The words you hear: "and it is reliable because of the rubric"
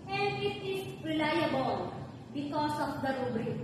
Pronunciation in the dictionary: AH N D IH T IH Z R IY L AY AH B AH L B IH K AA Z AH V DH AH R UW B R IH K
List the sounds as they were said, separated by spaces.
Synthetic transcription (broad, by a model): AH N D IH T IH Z R IY L AY AH B AH L B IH K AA S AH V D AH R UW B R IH